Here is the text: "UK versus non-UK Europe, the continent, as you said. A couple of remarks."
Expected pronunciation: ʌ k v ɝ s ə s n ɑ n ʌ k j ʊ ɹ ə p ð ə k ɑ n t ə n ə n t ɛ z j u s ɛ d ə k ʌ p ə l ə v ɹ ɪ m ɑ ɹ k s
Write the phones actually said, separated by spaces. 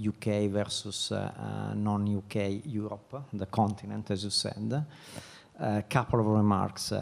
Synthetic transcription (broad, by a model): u k v ɝ s ə s n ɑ n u k j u ɹ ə p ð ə k ɑ n t ə n ə n t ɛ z j u s ɛ d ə k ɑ p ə l ə v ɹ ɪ m ɑ ɹ k s